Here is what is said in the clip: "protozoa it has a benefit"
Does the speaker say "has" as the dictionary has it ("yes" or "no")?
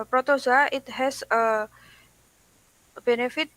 no